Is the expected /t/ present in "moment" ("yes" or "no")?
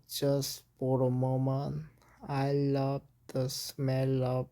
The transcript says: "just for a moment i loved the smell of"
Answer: no